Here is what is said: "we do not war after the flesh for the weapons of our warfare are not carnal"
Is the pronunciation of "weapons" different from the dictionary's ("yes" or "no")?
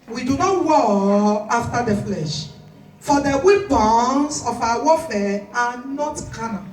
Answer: yes